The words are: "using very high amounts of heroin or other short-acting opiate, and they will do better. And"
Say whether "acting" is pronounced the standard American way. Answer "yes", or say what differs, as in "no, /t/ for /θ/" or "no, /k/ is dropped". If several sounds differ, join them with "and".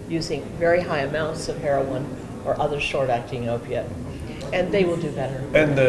yes